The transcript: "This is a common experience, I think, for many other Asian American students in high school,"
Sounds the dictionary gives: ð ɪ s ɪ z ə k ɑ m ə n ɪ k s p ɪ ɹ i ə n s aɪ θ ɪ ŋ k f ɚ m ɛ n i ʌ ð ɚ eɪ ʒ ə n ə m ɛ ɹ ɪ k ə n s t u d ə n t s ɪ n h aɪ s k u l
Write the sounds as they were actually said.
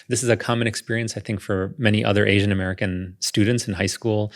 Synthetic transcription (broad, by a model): ð ɪ s ɪ z ə k ɑ m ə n ɪ k s p ɪ ɹ i ə n s aɪ θ ɪ ŋ k f ɚ m ɛ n i ʌ ð ɚ eɪ ʒ ə n ə m ɛ ɹ ɪ k ə n s t u d n t s n h aɪ s k u l